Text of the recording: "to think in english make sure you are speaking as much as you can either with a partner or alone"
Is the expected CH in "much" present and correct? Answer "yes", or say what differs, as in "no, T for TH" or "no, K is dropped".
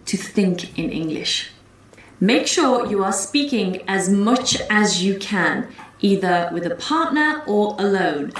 yes